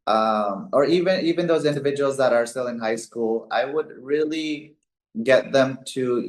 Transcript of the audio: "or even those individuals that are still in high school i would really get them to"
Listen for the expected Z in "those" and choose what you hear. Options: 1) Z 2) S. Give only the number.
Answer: 1